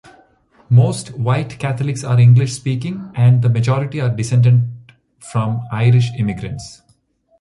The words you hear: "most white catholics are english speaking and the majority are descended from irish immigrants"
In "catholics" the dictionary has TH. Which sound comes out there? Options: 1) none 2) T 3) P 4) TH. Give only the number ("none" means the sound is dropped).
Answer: 2